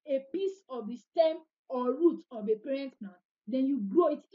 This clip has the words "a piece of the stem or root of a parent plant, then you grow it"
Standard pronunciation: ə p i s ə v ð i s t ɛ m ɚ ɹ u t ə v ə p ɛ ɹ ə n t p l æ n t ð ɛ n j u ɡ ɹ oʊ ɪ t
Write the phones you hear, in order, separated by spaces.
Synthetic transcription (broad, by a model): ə p i s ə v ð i s t ɛ m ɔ ɹ u t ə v ə p ɛ ɹ ə n t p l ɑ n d ɛ n j u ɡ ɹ oʊ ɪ t